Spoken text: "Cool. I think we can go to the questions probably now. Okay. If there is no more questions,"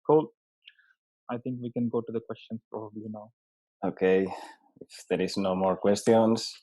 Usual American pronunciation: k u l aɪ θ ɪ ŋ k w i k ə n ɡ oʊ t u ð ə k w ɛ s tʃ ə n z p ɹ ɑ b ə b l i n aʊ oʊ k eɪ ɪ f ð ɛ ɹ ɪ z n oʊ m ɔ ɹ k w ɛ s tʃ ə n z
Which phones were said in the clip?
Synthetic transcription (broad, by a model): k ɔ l aɪ t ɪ ŋ k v i k ə n ɡ oʊ t u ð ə k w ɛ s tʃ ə n s p ɹ ɑ b ə b l i n aʊ oʊ k eɪ ɪ f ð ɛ ɹ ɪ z n oʊ m ɔ ɹ k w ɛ s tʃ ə n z